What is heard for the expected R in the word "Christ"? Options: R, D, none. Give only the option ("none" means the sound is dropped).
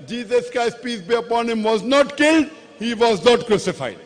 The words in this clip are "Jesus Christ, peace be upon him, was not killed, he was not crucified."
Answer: none